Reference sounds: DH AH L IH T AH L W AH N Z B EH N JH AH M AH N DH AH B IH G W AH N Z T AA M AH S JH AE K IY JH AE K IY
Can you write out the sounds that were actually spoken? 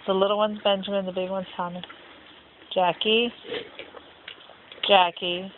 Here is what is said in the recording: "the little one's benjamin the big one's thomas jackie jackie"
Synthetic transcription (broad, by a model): DH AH L IH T L W AH N Z B EH N JH AH M AH N DH AH B IH G W AH N Z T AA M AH JH AE K IY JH AE K IY